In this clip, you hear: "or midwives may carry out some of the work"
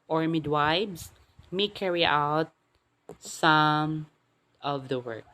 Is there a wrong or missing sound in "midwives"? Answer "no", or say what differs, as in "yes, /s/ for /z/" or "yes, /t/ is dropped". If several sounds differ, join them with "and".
yes, /b/ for /v/